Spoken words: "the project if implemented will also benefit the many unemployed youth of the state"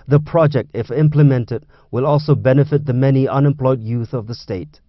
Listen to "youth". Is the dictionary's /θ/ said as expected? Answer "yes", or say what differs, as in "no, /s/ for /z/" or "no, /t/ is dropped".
yes